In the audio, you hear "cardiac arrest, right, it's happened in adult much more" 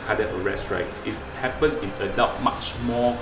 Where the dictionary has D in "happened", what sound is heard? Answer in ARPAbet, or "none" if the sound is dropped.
none